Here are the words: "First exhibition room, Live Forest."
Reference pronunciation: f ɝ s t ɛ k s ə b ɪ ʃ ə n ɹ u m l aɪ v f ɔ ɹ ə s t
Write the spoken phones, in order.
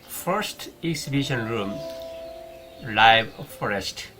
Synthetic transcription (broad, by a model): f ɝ s t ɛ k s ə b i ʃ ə n ɹ u m l aɪ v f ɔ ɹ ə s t